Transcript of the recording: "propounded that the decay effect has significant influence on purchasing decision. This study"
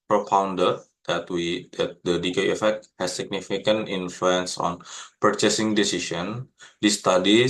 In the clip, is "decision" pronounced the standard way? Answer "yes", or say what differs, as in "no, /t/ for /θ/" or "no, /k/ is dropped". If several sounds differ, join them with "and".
no, /ʃ/ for /ʒ/